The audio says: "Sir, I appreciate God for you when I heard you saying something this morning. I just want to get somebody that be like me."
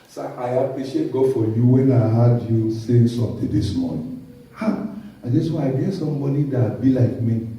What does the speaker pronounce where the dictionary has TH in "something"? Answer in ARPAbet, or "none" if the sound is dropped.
T